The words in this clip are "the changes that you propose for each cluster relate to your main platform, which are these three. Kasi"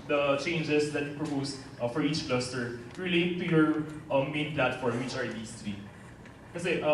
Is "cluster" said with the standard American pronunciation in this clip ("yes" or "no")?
yes